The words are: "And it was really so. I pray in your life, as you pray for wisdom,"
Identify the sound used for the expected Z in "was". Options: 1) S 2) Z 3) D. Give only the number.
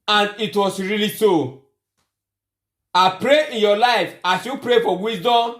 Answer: 1